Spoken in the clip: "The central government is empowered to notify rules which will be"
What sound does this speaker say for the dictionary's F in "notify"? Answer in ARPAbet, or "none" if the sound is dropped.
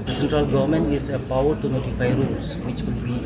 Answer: F